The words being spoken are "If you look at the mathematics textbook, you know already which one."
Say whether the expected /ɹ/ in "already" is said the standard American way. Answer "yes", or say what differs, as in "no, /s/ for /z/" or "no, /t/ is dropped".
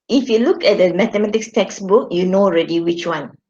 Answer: yes